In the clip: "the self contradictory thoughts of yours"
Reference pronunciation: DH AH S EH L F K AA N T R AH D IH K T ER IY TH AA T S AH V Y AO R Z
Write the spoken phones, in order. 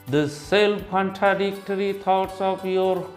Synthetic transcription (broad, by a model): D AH S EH L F K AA N T R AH D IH K T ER IY T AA T S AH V Y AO R